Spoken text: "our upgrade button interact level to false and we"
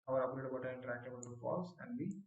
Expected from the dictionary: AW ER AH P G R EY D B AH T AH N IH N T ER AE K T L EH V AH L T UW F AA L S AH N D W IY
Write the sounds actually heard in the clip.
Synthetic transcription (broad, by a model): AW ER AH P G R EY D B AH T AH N IH N T ER AE K T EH B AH L T UW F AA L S AH N D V IY